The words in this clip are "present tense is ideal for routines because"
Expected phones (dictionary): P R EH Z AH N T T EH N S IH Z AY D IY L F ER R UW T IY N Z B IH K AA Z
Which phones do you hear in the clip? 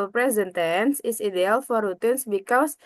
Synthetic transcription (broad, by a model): P R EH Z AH N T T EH N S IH S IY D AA L F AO R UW T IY N S B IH K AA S